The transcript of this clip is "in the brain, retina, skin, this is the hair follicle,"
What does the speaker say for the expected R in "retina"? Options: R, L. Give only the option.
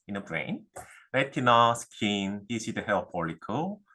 L